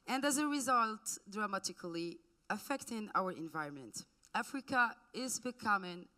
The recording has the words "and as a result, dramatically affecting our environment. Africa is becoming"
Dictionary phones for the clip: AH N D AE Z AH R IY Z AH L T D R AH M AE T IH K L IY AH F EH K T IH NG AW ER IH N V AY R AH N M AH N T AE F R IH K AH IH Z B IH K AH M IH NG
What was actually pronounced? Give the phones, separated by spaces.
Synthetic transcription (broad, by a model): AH N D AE Z AH R IY Z AH L T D R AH M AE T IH K L IY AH F EH K T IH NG AW ER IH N V AY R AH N M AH N T AE F R IH K AH IH Z B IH K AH M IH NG